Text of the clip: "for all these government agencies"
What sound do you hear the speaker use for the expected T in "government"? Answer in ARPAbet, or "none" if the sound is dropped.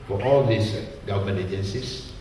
none